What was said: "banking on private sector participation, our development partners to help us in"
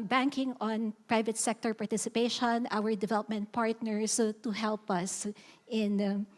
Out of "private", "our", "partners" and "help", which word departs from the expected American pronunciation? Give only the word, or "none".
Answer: partners